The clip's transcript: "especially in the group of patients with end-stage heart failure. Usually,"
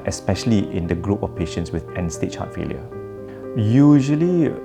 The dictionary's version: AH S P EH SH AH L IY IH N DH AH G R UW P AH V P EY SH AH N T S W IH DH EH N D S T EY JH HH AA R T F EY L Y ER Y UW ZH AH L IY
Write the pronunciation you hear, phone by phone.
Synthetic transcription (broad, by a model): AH S P EH SH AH L IY IH N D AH G R UW P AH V P EY SH AH N T S W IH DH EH N S T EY CH HH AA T F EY L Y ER Y UW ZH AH L IY